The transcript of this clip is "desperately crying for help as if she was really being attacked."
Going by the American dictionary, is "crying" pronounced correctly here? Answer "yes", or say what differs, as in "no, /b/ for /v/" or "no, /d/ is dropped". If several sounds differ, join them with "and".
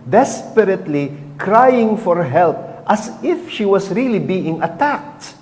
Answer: yes